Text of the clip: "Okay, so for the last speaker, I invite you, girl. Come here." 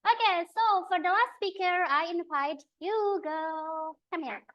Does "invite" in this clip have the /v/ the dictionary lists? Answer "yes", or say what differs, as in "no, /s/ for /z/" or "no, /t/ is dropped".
no, /p/ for /v/